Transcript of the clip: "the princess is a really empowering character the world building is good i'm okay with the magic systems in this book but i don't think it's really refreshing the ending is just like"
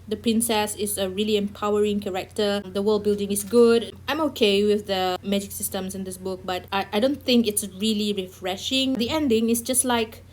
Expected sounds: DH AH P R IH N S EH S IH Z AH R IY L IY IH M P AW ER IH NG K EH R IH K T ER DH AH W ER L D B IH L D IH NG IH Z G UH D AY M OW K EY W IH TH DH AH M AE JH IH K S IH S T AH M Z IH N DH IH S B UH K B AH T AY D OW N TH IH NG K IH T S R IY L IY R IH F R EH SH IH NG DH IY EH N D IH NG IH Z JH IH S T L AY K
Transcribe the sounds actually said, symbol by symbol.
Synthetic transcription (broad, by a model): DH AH P R IH N S EH S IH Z AH R IY L IY IH M P AW ER IH NG K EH R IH K T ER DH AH W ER L D B IH L D IH NG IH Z G UH D AY M OW K EY W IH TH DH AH M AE JH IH K S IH S T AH M S IH N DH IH S B UH K B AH T AY D OW N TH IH NG K IH T S R IY L IY R IH F R EH SH IH NG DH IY EH N D IH NG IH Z JH IH S T L AY K